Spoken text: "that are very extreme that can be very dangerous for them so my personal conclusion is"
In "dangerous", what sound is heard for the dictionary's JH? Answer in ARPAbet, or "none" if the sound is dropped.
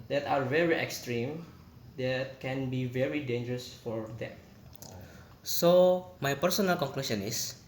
JH